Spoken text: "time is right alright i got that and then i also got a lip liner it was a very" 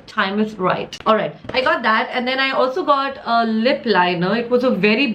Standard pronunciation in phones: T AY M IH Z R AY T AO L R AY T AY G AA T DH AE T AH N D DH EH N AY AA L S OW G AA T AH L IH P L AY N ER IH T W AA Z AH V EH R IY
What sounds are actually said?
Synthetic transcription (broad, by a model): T AY M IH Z R AY T AO L R AY T AY G AA T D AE T AH N D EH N AY AA L S OW G AA T AH L IH P L AY N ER IH T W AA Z AH V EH R IY